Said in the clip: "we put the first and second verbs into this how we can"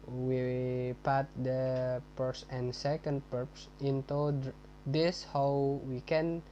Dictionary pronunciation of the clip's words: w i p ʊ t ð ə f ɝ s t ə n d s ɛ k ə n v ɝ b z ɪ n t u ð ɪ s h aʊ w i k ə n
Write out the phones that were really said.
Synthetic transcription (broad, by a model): w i p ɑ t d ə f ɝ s ə n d s ɛ k ə n p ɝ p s ɪ n t u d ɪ s h aʊ w i k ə n